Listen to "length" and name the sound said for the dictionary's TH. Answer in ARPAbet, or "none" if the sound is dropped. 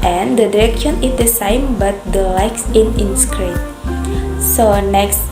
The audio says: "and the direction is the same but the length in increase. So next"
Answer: S